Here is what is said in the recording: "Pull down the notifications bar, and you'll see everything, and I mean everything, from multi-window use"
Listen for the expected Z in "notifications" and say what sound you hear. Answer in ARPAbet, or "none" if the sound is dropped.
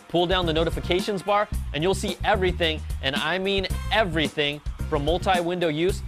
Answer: Z